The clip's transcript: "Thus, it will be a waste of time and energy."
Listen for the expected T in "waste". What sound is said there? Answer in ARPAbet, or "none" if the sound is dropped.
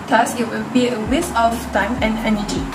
none